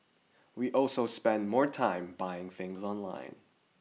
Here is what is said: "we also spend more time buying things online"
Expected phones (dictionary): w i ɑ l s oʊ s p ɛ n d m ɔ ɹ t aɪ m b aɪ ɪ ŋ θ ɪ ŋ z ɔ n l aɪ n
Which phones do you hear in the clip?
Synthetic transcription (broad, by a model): w i ɑ l s oʊ s p ɛ n d m ɔ ɹ t aɪ m b aɪ ɪ ŋ θ ɪ ŋ z ɔ n l aɪ n